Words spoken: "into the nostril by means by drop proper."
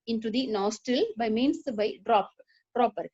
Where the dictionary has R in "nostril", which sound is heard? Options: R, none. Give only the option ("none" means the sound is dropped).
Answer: none